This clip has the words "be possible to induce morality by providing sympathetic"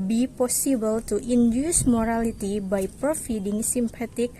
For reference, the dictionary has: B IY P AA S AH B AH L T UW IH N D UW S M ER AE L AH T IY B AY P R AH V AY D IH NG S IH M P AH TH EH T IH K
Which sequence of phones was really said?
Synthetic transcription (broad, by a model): B IY P AA S AH B AH L T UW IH N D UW S M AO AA L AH T IY B AY P R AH F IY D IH NG S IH M P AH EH T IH K